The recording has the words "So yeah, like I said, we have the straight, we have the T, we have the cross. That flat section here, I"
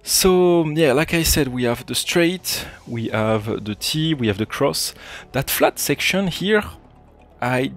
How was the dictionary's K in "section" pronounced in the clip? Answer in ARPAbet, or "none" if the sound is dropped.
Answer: K